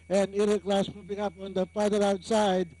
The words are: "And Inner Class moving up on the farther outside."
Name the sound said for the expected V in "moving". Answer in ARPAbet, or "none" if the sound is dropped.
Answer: P